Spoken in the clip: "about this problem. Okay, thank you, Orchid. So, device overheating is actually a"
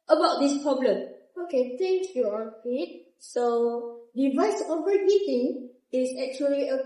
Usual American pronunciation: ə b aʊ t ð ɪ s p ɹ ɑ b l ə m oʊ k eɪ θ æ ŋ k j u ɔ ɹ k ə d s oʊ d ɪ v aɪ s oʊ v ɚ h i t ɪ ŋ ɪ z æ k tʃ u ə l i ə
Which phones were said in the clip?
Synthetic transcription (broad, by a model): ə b aʊ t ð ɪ s p ɹ ɑ b l ə m oʊ k eɪ t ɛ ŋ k j u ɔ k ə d s oʊ d ɪ v aɪ s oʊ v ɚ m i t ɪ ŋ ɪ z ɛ k tʃ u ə l i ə